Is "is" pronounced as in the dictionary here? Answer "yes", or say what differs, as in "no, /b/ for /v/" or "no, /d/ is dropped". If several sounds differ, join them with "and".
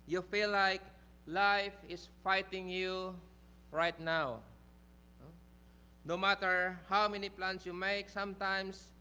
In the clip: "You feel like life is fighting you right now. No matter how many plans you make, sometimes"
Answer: no, /s/ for /z/